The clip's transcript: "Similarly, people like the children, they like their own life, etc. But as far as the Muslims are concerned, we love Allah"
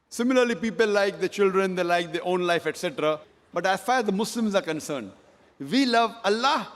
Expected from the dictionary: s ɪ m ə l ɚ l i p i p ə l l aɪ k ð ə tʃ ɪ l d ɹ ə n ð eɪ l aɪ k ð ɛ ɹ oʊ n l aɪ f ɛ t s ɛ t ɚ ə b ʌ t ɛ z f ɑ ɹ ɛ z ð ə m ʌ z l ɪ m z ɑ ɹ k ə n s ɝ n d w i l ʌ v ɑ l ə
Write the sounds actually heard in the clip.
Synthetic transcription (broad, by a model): s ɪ m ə l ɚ l i p i p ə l l aɪ k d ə tʃ ɪ l d ɹ ə n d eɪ l aɪ k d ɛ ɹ oʊ n l aɪ f ɛ t s ɛ t ɚ ə b ʌ t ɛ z f ɑ ɹ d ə m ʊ s l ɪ m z ɑ ɹ k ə n s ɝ n d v i l ʌ v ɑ l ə